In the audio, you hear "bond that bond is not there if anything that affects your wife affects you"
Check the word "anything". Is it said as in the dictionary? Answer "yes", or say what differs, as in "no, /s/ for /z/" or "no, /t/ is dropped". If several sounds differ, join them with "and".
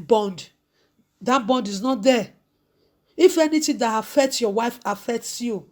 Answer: no, /t/ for /θ/